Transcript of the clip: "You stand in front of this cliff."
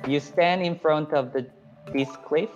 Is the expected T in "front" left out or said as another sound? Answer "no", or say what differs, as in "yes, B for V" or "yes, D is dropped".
no